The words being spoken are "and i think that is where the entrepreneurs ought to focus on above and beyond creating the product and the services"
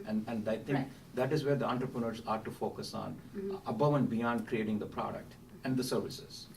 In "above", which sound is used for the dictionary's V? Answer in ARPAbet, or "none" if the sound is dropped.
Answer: V